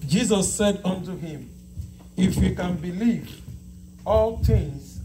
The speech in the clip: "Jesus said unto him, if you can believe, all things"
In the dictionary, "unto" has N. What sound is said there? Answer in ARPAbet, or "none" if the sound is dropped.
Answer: N